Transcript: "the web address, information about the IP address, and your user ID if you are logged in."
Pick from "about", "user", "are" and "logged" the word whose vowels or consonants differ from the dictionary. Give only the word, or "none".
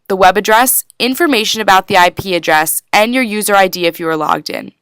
none